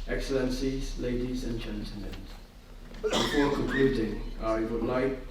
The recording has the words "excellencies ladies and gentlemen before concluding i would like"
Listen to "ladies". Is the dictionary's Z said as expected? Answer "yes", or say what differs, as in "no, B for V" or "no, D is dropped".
yes